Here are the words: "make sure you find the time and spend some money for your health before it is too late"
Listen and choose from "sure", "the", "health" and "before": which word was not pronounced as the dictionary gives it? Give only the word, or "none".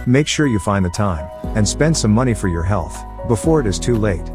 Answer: none